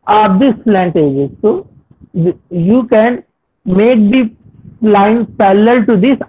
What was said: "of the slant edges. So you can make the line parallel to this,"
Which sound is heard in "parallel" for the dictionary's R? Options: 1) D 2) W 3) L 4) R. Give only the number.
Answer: 3